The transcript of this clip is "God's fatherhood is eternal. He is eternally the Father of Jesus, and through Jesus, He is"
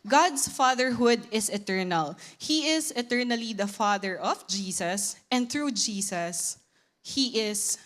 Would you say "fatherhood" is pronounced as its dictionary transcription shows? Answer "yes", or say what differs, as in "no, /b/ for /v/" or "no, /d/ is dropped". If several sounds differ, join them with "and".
yes